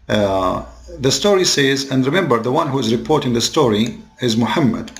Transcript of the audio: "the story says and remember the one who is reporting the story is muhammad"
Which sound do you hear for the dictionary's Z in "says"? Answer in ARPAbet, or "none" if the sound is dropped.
Z